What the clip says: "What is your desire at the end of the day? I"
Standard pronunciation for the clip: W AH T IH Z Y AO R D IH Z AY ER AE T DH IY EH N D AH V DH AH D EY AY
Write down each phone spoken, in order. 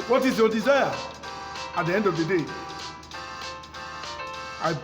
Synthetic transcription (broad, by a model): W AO T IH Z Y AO D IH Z AY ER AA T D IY EH N D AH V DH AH D EY AY